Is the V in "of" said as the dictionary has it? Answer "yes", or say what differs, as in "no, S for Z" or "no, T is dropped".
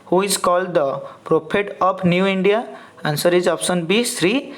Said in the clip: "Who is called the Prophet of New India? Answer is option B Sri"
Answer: no, P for V